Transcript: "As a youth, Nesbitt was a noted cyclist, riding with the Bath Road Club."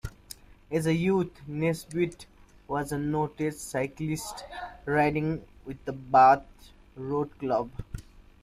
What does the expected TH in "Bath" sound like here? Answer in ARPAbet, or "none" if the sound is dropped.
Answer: T